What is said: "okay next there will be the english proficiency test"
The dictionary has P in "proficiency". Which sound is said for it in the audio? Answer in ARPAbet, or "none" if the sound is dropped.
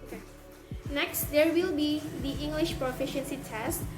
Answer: P